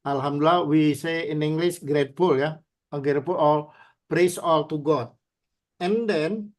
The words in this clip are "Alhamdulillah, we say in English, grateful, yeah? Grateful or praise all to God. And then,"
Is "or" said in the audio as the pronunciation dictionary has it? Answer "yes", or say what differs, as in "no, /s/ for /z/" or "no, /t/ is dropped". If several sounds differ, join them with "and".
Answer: no, /l/ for /ɹ/